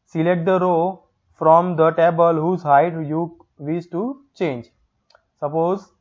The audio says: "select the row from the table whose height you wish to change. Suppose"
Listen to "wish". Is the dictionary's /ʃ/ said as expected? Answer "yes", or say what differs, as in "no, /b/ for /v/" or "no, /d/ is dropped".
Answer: no, /s/ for /ʃ/